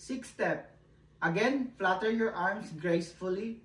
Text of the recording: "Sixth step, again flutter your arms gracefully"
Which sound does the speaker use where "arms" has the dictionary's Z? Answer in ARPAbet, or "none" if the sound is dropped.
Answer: S